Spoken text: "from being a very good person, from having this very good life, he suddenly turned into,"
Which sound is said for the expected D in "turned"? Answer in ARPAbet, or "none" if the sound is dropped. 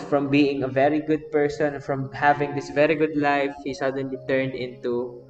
D